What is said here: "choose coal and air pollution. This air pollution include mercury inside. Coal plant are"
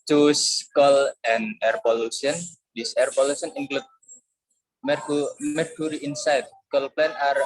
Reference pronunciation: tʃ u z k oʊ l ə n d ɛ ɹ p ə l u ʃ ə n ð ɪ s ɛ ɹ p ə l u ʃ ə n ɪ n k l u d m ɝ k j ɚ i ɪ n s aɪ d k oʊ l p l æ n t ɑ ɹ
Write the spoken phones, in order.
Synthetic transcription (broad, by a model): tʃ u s k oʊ l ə n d ɛ ɹ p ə l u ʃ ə n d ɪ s ɛ ɹ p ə l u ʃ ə n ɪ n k l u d m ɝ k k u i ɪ n s aɪ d k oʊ l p l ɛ n ɑ ɹ